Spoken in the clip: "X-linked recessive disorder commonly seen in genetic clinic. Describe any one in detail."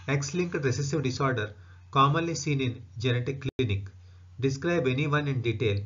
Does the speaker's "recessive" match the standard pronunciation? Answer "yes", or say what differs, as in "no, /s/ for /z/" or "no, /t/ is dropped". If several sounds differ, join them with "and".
yes